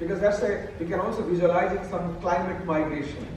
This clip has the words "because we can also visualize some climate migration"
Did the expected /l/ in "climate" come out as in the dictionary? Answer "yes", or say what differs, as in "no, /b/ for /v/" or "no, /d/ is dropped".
yes